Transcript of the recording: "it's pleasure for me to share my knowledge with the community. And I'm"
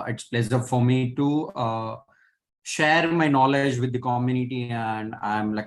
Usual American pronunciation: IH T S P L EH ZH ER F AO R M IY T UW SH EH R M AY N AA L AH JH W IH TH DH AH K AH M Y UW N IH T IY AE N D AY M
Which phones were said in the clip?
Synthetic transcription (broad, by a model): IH T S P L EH S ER F AO R M IY T UW SH EH R M AY N AA L AH JH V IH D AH K AH M Y UW N IH T IY AE N D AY M